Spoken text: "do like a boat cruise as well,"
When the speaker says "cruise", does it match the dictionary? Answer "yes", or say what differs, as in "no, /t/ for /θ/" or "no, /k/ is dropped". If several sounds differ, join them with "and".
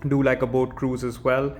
yes